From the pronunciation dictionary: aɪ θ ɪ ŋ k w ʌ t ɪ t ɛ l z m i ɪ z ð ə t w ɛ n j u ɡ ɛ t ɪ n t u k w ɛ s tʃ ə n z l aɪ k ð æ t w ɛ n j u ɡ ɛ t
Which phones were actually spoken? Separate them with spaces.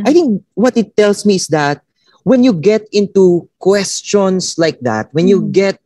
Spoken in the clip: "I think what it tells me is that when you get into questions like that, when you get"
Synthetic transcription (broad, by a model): aɪ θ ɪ ŋ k w ʌ t ɪ t ɛ l s m i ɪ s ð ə t w ɛ n j u ɡ ɛ t ɪ n t u k w ɛ s tʃ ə n s l aɪ k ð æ t w ɛ n j u ɡ ɛ t